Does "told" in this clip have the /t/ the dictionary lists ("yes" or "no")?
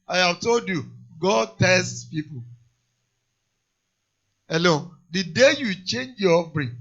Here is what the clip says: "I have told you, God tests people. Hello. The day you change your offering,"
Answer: yes